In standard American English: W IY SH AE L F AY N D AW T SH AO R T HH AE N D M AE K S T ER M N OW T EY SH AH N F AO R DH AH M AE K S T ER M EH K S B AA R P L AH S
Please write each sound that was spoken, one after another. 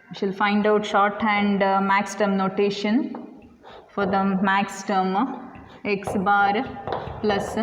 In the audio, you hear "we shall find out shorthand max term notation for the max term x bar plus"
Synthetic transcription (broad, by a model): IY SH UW L F AY N D AW T SH AO R T HH AE N D M AE K S T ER M N OW T EY SH AH N F AO R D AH M AE K S T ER M EH K S B AA R P L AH S